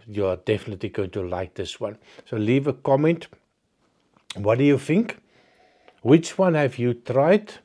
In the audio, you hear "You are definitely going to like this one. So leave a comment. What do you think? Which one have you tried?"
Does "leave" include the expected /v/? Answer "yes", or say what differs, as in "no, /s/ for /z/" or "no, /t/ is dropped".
yes